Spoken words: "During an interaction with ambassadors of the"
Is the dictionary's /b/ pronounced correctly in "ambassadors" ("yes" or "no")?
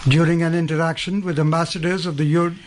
yes